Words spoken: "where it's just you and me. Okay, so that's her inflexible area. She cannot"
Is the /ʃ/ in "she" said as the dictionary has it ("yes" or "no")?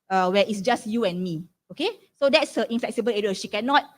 yes